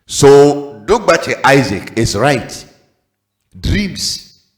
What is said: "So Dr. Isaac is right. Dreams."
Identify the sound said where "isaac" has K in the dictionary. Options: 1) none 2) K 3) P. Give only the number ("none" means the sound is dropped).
2